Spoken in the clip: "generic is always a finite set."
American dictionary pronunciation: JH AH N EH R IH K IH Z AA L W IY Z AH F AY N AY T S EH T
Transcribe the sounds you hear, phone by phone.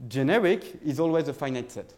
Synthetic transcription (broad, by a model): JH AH N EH R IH K IH Z AA L W IY Z AH F AY N AY T S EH T